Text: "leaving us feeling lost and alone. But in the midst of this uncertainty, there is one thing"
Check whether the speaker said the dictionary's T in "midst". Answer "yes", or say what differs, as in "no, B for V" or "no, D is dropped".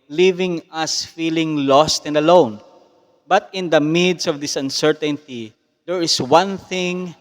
no, T is dropped